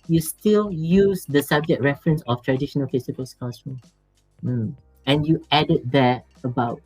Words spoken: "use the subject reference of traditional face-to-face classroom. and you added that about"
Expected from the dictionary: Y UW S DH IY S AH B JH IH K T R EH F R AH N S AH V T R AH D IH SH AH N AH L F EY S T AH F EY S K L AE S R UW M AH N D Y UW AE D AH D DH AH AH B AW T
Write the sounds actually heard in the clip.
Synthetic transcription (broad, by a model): Y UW S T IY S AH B JH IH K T R EH F R AH N S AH F T R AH D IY SH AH N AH L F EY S T AH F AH S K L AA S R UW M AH N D Y UW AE D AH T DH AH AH B AW T